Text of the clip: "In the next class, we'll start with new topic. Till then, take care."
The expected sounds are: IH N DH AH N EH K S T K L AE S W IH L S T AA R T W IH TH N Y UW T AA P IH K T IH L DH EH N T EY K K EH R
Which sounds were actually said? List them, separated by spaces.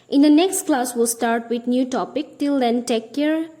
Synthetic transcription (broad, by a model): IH N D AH N EH K S T K L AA S W IH L S T AA R T W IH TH N Y UW T AA P IH K T IH L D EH N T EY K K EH R